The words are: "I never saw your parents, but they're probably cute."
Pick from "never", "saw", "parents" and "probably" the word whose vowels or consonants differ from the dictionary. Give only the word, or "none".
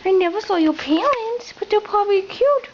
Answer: parents